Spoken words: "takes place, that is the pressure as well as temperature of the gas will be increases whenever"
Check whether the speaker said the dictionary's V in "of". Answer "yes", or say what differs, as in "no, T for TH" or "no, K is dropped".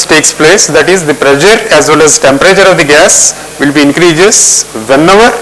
yes